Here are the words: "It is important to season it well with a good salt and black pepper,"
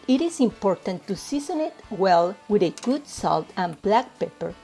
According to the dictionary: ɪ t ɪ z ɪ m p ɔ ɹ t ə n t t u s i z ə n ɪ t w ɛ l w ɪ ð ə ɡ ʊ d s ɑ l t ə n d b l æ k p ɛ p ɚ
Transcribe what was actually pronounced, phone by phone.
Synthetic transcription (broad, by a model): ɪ t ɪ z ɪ m p ɔ ɹ t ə n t t u s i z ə n ɪ t w ɛ l w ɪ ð ə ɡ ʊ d s ɑ l t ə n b l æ k p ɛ p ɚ